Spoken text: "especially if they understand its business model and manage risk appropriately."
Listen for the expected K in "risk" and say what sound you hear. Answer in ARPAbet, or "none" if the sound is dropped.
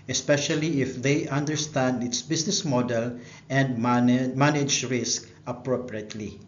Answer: K